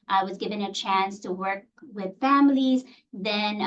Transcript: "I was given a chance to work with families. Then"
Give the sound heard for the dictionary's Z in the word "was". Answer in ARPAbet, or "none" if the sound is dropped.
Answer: Z